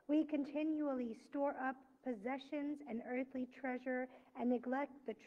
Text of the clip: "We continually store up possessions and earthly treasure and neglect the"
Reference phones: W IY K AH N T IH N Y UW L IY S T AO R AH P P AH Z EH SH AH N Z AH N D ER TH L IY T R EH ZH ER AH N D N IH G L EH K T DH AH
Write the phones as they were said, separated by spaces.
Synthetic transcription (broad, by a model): W IY K AH N T IH N Y UW L IY S T AO R AH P P AH Z EH SH AH N Z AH N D ER TH L IY T R EH ZH ER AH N N IH G L EH K T DH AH